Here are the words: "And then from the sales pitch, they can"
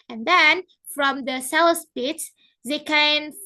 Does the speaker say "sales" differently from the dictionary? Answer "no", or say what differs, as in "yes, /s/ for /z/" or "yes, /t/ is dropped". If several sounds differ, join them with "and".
yes, /s/ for /z/